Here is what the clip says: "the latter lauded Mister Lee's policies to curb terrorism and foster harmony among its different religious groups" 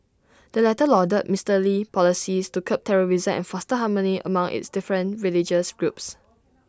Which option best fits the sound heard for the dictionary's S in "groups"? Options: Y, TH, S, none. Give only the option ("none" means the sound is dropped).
S